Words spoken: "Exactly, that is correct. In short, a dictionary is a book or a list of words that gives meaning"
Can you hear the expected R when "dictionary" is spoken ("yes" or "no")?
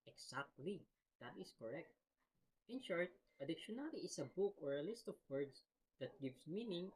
no